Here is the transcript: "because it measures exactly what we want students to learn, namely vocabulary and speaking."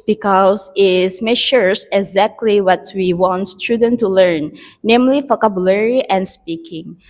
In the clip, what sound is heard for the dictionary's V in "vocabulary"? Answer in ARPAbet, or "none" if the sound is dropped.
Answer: F